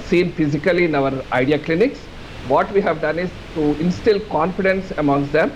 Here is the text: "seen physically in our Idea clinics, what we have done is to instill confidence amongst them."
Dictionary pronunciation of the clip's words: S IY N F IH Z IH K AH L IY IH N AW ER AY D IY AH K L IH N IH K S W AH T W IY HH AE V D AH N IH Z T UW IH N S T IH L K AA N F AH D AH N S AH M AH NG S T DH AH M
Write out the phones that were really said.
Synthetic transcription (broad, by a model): S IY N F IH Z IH K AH L IY IH N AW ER AY D IY AH K L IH N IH K S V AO T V IY HH AE V D AH N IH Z T UW IH N S T IH L K AA N F AH D AH N S AH M AH NG S T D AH M